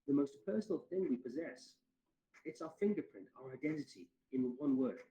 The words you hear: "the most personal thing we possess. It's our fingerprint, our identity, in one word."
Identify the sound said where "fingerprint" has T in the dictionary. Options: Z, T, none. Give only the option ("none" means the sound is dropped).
T